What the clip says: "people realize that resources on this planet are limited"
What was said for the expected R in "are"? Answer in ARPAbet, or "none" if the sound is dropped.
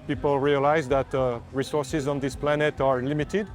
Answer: R